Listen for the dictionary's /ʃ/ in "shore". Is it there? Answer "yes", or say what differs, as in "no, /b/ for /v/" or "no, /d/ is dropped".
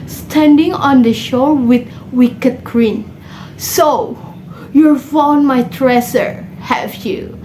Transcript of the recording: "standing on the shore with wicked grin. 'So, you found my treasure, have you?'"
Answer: yes